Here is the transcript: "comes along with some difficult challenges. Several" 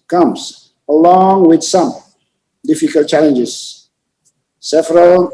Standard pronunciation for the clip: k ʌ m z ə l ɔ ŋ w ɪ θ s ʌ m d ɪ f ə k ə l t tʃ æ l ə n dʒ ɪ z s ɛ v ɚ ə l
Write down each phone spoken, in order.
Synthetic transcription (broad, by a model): k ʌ m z ə l ɔ ŋ w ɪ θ s ʌ m d ɪ f ə k ə l t tʃ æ l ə n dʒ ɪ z s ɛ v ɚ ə l